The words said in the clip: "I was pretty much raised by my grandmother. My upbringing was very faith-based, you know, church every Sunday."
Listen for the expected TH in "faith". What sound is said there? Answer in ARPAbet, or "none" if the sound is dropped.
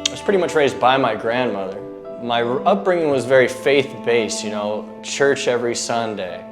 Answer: TH